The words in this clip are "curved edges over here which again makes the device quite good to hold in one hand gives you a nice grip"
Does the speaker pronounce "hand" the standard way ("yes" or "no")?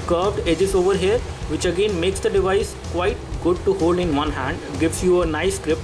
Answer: yes